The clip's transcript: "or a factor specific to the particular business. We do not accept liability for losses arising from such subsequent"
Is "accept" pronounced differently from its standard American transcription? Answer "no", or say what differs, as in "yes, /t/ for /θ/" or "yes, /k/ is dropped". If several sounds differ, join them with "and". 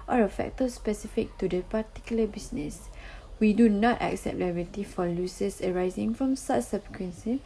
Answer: no